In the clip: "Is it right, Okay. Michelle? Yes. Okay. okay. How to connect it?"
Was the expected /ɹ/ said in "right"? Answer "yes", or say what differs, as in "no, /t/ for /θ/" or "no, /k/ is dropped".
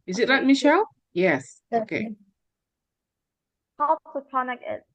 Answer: no, /l/ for /ɹ/